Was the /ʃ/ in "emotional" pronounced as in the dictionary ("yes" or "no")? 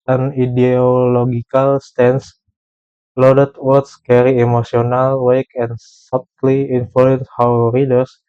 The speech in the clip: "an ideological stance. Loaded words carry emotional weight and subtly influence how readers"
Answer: no